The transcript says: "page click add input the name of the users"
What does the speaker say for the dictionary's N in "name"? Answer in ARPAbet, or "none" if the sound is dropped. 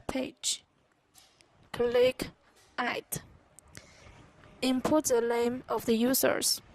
L